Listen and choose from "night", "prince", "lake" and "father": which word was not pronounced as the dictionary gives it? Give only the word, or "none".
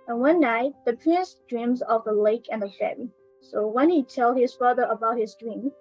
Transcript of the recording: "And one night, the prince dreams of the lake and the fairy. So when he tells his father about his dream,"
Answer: none